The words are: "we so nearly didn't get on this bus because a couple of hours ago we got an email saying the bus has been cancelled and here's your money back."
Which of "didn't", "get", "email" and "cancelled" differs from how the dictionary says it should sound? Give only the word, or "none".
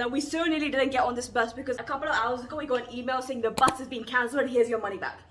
cancelled